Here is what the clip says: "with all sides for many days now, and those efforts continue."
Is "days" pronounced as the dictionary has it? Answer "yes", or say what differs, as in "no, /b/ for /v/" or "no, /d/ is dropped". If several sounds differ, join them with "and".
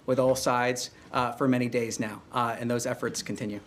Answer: yes